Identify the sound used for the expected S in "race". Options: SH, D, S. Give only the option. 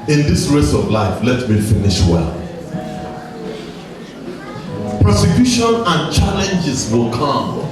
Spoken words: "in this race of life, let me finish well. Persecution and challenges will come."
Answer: S